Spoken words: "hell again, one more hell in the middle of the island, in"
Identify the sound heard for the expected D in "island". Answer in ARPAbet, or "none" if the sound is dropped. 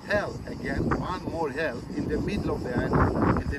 none